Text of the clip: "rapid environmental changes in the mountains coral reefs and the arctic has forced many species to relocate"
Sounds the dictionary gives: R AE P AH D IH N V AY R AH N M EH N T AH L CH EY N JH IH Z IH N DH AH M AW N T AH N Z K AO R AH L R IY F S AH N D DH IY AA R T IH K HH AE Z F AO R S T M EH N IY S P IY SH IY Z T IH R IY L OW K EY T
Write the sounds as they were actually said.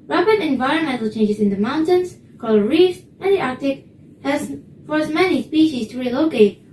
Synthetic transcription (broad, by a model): R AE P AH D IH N V AY R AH N M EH N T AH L CH EY N JH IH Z IH N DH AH M AW N T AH N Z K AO L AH R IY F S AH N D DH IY AA R T IH K HH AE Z F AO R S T M EH N IY S P IY SH IY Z T IH R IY L OW K EY T